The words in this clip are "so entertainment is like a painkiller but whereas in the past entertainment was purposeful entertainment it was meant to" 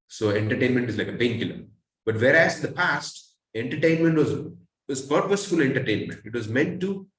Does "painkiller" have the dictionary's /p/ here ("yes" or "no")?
no